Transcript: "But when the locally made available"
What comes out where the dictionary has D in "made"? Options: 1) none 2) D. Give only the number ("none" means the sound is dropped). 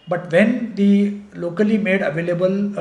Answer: 2